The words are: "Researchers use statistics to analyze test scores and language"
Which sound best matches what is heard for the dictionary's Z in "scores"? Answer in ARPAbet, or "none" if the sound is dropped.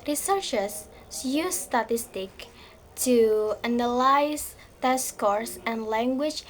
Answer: S